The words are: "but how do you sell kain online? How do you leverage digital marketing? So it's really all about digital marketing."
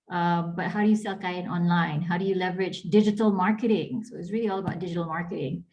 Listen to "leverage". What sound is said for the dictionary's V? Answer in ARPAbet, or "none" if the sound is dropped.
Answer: V